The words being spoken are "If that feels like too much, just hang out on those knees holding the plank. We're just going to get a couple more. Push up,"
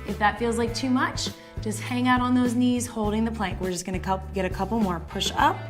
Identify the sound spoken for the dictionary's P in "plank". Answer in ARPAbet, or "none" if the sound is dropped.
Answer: P